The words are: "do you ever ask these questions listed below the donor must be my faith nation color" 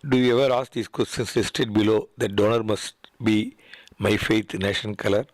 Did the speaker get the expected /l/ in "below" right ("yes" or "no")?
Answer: yes